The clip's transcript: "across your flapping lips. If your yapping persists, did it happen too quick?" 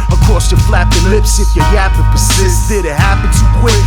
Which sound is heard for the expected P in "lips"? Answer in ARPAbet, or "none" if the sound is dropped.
P